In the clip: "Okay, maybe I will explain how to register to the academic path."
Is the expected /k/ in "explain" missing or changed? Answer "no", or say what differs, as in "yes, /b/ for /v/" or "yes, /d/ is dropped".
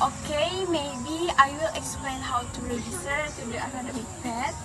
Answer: no